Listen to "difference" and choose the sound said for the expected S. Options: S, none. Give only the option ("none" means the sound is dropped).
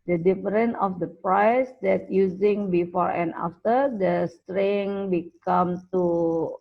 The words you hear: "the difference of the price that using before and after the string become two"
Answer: none